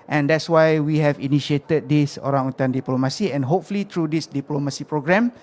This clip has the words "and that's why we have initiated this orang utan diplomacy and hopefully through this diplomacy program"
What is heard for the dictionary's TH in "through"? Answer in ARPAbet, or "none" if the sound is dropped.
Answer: T